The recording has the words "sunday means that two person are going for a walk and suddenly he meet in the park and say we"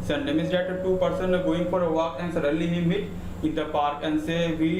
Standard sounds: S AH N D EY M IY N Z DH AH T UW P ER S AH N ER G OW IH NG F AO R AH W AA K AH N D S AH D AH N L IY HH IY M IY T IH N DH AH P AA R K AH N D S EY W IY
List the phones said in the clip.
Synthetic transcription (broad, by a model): S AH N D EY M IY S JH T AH T UW P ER S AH N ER G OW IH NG F AO R AH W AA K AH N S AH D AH L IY HH IY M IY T IH N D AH P AA R K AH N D S EY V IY